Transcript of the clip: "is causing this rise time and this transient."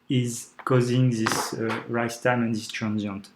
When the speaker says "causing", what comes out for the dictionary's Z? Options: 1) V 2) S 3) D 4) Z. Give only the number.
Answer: 4